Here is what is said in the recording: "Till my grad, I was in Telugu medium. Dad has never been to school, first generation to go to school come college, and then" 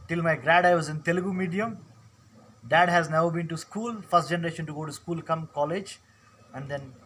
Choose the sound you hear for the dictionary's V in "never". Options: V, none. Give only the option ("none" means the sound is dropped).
none